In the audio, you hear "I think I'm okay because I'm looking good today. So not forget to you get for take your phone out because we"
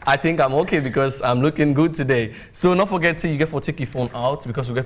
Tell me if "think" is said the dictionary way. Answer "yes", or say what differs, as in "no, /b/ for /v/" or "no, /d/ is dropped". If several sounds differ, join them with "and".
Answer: yes